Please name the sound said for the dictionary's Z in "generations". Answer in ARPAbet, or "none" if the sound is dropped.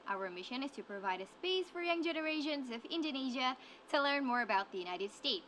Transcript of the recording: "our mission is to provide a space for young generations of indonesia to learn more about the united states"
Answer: Z